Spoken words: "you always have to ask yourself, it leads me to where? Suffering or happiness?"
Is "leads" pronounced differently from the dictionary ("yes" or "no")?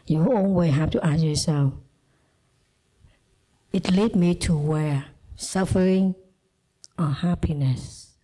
yes